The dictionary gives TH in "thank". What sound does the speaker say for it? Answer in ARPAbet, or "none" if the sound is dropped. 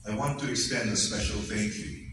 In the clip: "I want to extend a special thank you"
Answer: F